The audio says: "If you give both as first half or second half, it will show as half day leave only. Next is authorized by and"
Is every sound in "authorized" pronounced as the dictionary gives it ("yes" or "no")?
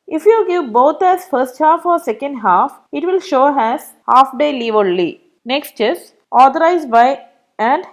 no